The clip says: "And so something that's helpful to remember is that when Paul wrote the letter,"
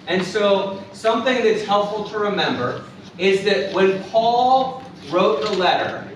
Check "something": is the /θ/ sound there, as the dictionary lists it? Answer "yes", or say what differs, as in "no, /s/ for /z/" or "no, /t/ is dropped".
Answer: yes